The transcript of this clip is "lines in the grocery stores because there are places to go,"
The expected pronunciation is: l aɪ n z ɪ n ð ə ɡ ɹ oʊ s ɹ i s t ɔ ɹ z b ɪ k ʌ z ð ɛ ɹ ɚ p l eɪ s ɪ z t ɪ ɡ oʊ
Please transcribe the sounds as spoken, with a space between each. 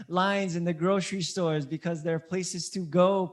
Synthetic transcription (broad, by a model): l aɪ n z ɪ n ð ə ɡ ɹ oʊ s ɹ i s t ɔ ɹ z b ɪ k ʌ z ð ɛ ɹ p l eɪ s ɪ z t ɪ ɡ oʊ